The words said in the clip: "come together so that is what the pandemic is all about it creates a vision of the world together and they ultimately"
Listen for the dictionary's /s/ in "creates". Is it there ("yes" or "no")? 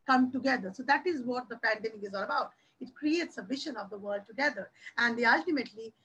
yes